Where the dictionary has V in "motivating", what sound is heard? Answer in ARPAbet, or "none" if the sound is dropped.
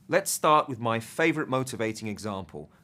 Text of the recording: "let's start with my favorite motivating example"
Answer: V